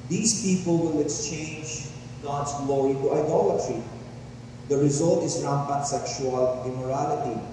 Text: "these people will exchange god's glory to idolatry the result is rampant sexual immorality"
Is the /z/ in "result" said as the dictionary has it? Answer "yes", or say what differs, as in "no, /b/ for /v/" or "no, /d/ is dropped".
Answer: yes